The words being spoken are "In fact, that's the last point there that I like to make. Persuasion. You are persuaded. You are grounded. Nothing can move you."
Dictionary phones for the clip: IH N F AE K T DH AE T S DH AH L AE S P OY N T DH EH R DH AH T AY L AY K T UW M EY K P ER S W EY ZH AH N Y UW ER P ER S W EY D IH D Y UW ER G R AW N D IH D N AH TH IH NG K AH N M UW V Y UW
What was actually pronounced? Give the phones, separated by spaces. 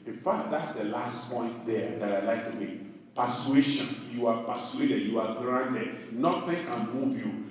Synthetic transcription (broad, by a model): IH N F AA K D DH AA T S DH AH L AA S P OY N T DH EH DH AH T AY L AY K T UW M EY P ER S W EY SH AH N Y UW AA P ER S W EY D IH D Y UW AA G R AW N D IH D N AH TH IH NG K AH N M UW V Y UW